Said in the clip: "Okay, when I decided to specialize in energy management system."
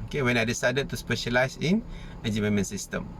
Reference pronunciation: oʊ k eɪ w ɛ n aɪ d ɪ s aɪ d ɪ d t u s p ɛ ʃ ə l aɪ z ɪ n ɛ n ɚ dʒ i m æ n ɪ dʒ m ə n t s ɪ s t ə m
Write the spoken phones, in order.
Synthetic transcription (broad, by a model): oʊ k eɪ w ɛ n aɪ d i s aɪ d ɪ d t u s p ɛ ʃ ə l aɪ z ɪ n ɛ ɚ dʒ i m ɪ m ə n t s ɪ s t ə m